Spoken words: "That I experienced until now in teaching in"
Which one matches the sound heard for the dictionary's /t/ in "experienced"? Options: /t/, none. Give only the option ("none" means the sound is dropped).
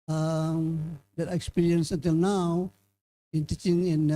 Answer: none